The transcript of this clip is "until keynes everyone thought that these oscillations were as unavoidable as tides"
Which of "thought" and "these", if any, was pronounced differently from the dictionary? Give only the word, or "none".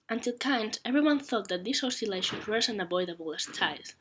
these